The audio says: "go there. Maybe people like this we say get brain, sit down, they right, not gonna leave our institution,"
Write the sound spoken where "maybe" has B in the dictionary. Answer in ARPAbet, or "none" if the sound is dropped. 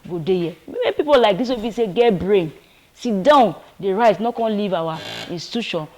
none